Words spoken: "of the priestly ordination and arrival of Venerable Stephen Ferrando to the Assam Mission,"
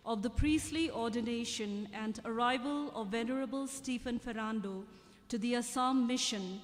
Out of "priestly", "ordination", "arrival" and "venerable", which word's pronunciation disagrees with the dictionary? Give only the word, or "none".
none